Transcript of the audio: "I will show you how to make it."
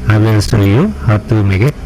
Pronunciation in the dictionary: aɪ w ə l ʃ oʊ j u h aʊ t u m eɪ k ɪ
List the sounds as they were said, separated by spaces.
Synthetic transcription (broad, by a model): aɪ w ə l s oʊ j u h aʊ t u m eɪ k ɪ